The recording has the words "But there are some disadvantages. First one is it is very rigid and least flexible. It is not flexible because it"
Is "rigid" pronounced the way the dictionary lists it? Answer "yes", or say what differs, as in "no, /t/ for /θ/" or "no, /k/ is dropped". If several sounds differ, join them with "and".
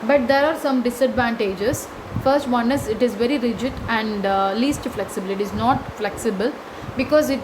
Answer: yes